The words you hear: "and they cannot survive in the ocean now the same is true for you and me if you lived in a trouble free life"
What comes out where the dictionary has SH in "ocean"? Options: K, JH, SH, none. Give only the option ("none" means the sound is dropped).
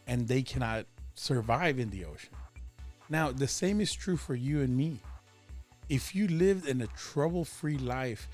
none